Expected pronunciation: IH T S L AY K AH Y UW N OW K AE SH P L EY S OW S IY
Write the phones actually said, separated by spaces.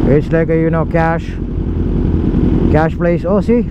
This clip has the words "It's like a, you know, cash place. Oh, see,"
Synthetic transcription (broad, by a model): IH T S L AY K AH Y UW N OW K AE SH P L EY S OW S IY